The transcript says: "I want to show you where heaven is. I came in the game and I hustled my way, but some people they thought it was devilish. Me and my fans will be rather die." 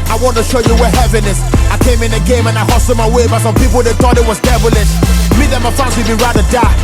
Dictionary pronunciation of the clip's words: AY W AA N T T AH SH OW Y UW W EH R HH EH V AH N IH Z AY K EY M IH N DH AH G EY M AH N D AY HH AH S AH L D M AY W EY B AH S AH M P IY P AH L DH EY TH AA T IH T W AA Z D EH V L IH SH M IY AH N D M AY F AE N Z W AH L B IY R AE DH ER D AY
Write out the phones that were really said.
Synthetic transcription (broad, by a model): AY W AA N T T AH SH OW Y UW W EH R HH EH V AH N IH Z AY K EY M IH N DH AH G EY M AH N AY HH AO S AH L M AY W EY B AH S AH M P IY P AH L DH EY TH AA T IH T W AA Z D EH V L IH S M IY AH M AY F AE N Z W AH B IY R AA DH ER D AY